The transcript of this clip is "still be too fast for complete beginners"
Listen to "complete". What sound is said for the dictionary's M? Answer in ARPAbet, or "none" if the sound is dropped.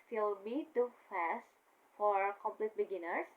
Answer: M